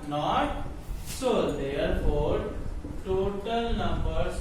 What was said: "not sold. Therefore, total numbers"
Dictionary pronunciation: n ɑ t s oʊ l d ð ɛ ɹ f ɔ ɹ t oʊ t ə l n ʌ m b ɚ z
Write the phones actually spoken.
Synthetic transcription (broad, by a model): n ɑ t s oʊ d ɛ ɹ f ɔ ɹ t oʊ t ə l n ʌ m b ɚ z